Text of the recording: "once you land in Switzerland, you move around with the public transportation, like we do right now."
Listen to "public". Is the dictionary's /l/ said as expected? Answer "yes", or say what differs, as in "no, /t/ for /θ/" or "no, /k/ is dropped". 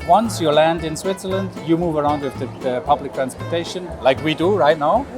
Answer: yes